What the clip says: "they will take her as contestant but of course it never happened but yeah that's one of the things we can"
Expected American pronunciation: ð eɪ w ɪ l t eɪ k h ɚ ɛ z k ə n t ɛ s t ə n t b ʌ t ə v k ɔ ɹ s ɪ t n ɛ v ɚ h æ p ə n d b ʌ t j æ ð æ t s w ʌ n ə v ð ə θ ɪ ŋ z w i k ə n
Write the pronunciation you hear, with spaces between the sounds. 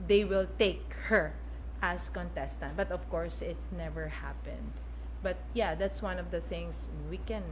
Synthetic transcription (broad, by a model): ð eɪ w ɪ l t eɪ k h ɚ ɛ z k ə n t ɛ s t ə n t b ʌ t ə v k ɔ ɹ s ɪ t n ɛ v ɚ h æ p ə n d b ʌ t j æ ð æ t s w ʌ n ə v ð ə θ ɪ ŋ s w i k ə n